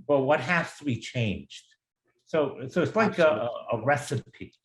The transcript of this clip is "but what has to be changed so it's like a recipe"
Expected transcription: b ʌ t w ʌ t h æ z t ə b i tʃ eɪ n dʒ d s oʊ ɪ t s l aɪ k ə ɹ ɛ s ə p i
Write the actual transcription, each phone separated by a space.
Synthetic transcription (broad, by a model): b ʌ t w ʌ t h æ s t ə b i tʃ eɪ n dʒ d s oʊ ɪ t s l aɪ k ə ɹ ɛ s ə p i